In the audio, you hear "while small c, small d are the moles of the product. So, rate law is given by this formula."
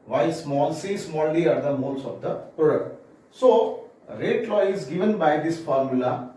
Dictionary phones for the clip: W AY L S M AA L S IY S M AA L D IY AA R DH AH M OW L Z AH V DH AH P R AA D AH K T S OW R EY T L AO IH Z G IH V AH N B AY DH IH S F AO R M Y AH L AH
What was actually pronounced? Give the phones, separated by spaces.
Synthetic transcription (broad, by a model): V AY L S M AA L S IY S M AA L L IY AA R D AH M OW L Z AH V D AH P AA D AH T S OW R EY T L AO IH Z G IH V AH N B AY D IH S F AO R M Y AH L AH